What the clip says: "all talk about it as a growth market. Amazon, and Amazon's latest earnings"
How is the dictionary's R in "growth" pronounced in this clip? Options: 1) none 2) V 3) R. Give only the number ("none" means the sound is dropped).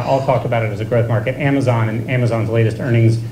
3